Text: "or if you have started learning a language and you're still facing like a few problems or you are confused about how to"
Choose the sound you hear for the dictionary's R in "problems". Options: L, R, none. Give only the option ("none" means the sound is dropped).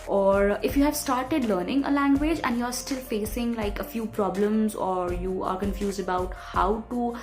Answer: R